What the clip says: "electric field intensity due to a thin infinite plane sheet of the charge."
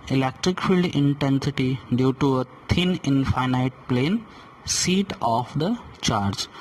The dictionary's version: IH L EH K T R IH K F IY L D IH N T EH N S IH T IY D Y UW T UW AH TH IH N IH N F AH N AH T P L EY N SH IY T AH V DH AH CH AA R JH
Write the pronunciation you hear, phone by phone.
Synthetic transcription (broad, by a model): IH L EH K T R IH K F IY L D IH N T EH N S IH T IY D Y UW T UW AH T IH N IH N F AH N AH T P L EY N S IY T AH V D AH CH AA R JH